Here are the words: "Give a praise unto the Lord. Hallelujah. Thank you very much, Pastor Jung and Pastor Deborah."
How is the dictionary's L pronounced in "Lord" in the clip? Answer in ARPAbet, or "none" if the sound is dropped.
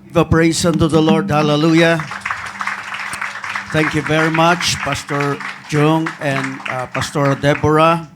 L